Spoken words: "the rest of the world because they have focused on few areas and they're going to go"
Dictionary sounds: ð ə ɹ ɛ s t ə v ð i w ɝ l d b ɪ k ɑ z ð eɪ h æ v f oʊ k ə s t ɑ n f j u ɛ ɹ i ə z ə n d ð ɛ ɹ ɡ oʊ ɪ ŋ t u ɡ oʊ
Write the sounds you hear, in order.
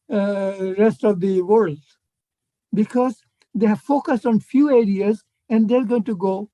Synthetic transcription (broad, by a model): ɹ ɛ s t ə v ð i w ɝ l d b ɪ k ɑ z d eɪ h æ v f oʊ k ə s t ɑ n f j u ɛ ɹ i ə z ə n d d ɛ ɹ ɡ oʊ ɪ ŋ t u ɡ oʊ